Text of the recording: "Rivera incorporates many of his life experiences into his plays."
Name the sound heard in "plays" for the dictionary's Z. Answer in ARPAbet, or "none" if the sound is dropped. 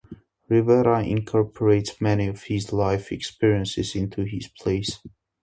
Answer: S